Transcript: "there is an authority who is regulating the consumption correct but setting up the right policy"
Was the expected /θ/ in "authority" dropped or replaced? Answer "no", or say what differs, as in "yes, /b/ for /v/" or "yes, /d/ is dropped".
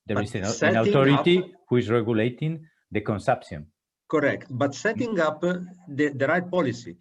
yes, /t/ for /θ/